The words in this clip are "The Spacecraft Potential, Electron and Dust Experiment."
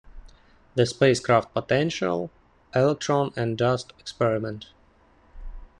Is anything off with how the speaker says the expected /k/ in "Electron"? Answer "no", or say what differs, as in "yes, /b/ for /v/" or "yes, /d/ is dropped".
no